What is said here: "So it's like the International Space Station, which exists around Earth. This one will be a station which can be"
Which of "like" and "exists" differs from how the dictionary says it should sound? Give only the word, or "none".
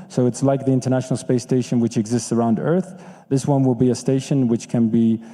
none